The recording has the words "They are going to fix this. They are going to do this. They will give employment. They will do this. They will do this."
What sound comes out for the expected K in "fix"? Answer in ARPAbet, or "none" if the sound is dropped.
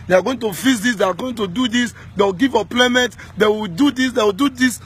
none